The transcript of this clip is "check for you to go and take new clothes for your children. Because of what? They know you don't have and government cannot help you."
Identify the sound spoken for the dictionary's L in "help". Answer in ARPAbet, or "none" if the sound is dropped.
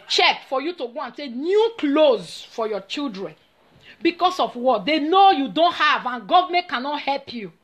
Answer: L